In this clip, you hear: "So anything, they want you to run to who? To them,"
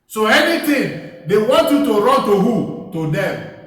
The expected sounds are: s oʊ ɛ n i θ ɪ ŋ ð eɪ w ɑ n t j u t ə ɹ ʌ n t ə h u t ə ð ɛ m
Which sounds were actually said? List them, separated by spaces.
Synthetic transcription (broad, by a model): s oʊ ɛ n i t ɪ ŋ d eɪ w ɑ n t j u t ə ɹ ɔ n t ə h u t ə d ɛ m